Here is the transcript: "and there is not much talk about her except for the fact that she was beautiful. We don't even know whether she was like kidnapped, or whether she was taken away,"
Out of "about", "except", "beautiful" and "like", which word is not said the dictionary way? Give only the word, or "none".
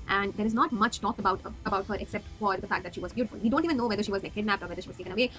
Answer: like